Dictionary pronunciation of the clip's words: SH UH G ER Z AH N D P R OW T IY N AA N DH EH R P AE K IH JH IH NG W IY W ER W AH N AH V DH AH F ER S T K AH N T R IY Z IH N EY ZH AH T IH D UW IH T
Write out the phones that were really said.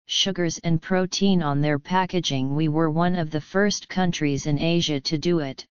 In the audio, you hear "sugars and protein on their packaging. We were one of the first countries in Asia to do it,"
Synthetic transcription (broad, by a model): SH UH G ER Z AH N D P R OW T IY N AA N DH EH R P AE K IH JH IH NG W IY W ER W AH N AH V DH AH F ER S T K AH N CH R IY Z IH N EY ZH AH T IH D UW IH T